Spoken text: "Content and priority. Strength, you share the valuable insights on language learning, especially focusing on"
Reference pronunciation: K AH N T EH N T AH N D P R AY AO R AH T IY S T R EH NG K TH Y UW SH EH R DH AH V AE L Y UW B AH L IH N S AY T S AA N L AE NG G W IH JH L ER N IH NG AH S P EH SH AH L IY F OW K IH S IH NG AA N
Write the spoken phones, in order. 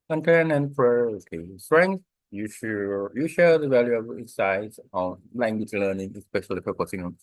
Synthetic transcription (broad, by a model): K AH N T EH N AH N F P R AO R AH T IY S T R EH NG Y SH Y UW SH EH R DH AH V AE L Y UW AH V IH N S AY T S AA N L AE NG G W IH JH L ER N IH NG AH S P EH SH AH L IY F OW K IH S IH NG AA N